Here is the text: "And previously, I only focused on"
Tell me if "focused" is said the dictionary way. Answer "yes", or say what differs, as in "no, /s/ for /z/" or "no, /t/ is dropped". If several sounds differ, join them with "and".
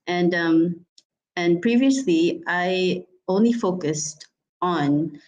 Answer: yes